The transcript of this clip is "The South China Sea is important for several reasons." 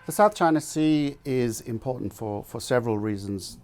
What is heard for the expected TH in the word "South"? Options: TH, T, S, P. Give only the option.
TH